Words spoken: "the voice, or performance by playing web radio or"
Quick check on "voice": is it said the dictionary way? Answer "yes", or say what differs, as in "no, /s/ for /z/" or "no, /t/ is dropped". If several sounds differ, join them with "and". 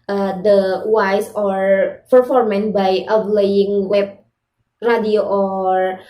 no, /w/ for /v/